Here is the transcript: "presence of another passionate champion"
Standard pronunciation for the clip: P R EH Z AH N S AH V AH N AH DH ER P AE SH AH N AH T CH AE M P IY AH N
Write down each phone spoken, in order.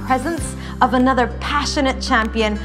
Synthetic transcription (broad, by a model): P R EH Z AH N S AH V AH N AH DH ER P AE SH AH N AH T CH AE M P IY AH N